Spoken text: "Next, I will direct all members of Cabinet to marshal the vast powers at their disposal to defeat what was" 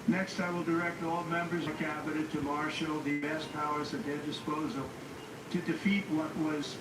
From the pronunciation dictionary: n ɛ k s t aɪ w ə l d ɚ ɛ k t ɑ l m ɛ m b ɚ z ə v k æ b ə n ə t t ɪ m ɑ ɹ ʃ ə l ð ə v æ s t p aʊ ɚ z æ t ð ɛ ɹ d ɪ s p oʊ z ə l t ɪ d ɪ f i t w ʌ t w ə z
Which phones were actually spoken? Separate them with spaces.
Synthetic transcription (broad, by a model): n ɛ k s t aɪ w ə l d ɚ ɛ k t ɑ l m ɛ m b ɚ z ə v k æ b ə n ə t t ɪ m ɑ ɹ ʃ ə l ð ə b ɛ s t p aʊ ɚ z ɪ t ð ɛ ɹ d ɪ s p oʊ z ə l t ɪ d ɪ f i t w ʌ t w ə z